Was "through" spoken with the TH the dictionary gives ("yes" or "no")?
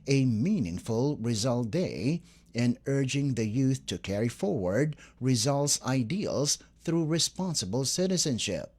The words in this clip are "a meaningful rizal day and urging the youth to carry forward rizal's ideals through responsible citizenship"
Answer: yes